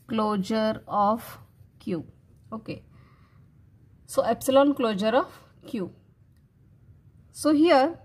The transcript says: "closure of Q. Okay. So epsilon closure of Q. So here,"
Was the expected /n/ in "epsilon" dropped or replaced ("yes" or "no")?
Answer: no